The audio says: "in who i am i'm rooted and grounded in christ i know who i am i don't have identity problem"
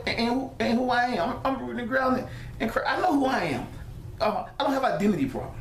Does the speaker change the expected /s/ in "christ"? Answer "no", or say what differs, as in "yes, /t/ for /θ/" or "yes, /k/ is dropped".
yes, /s/ is dropped